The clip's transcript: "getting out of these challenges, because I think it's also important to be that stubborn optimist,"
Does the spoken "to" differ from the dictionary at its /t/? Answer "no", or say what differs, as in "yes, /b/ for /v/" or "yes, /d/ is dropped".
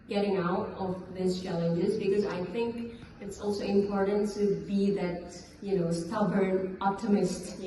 no